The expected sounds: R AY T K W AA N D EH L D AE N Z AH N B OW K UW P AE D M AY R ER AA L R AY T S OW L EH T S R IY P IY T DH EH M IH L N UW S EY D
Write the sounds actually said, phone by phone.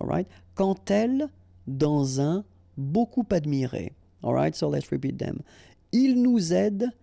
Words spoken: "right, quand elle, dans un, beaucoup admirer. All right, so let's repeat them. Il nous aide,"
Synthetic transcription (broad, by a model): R AY T K AA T EH L D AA Z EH B OW K UW P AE D M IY R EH AA L R AY T S OW L EH T S R IY P IY T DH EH M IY L N UW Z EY D